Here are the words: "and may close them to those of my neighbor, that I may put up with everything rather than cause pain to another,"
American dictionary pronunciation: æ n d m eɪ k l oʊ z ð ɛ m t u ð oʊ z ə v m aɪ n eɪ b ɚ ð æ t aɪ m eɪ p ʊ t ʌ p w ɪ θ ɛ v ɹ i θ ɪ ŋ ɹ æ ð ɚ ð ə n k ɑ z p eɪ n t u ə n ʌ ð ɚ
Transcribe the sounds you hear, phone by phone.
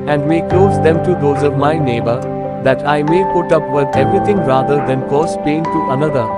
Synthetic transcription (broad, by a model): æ n d m eɪ k l oʊ z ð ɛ m t u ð oʊ z ə v m aɪ n eɪ b ɚ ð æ t aɪ m eɪ p ʊ t ʌ p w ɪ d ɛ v ɹ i t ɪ ŋ ɹ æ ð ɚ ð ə n k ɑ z p eɪ n t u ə n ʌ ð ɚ